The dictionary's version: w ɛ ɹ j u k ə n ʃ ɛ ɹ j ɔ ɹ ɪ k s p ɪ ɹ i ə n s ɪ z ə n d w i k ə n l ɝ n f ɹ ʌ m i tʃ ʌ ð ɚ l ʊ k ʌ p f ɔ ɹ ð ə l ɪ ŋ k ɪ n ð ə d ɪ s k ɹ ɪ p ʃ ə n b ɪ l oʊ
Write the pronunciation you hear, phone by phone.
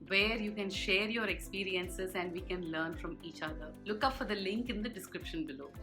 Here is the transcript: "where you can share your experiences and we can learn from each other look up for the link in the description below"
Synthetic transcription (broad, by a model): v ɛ ɹ j u k ə n ʃ ɛ ɹ j ɔ ɹ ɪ k s p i ɹ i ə n s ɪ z ə n d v i k ə n l ɝ n f ɹ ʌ m i tʃ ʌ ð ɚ l ʊ k ʌ p f ɔ ɹ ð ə l ɪ ŋ k ɪ n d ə d ɪ s k ɹ ɪ p ʃ ə n b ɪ l oʊ